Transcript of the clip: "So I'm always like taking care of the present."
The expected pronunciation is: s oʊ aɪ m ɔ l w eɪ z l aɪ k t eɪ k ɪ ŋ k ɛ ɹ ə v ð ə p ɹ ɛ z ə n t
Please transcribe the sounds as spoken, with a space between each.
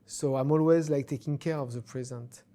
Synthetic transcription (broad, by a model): s oʊ aɪ m ɔ l w eɪ z l aɪ k t eɪ k ɪ ŋ k ɛ ɹ ə v ð ə p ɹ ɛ z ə n t